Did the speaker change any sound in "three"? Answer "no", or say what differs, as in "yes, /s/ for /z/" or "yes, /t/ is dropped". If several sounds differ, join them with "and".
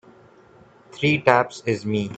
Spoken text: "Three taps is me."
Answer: yes, /t/ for /θ/